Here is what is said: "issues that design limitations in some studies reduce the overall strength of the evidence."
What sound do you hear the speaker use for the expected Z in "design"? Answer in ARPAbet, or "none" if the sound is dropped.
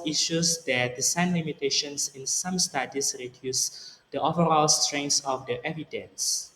S